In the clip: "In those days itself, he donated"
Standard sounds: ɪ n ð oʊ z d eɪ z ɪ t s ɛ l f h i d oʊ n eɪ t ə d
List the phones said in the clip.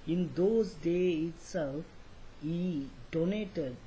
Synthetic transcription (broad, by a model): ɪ n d oʊ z d eɪ ɪ t s ɛ l f h i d oʊ n eɪ t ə d